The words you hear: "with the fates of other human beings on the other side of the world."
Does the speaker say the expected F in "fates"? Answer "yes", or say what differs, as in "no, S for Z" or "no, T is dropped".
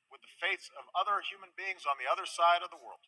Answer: yes